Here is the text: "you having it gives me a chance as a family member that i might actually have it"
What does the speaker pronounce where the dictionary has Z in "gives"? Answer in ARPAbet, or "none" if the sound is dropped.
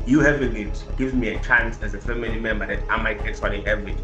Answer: none